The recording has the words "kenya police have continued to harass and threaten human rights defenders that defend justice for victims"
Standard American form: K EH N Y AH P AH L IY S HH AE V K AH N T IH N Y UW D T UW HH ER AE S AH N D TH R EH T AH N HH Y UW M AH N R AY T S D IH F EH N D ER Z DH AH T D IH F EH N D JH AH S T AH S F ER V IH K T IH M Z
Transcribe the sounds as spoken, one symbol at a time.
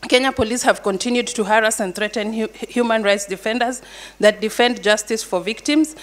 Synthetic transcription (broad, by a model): K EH N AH P AH L IY S HH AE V K AH N T IH N Y UW D T UW HH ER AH S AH N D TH R EH T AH N HH Y UW M AH N R AY T S D IH F EH N D ER Z DH AH T D IH F EH N D JH AH S T AH S F ER V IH K T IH M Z